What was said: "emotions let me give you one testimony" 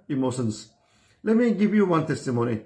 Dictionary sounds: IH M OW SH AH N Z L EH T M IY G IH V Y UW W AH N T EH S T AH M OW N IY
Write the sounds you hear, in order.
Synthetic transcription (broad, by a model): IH M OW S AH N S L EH M IY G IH B Y UW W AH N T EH S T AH M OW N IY